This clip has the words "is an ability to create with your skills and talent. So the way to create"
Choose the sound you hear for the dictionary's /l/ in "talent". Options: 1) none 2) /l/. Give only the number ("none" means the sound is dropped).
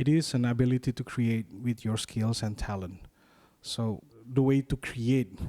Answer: 2